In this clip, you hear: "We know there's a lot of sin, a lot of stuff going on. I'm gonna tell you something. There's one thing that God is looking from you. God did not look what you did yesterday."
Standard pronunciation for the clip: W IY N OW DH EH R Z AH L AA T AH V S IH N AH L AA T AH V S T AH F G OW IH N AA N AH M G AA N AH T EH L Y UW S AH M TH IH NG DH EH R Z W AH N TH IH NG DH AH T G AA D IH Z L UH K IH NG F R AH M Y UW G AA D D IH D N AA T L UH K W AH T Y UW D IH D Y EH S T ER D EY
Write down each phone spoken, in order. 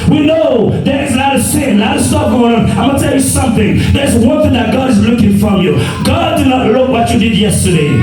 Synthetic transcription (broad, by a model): W IY N OW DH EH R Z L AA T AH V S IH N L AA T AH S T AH P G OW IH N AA AH M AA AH T EH L Y UW S AH M TH IH NG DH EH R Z W AH N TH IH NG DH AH T G AA D IH Z L UH K IH NG F R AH M Y UW G AA D D IH D N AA T L UH K W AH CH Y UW D IH D Y EH S T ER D EY